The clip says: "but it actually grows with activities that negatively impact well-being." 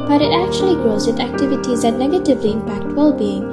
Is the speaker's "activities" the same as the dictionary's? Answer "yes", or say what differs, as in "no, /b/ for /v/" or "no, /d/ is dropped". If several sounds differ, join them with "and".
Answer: yes